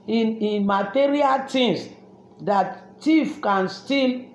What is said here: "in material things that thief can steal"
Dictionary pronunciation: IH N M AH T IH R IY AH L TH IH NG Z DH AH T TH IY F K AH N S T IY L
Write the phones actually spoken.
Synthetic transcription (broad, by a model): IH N M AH T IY R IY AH L T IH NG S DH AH T T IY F K AH N S T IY L